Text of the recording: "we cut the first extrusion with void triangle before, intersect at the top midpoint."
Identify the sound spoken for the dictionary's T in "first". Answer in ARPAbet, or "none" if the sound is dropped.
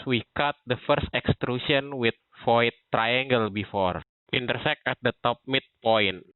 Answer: T